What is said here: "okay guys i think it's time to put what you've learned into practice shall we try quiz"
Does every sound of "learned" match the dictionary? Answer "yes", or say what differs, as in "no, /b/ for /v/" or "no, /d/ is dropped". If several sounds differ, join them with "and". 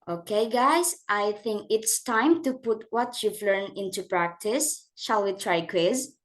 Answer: no, /d/ is dropped